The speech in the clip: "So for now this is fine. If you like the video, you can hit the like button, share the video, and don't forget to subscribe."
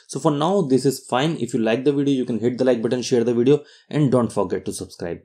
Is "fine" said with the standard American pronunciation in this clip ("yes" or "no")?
yes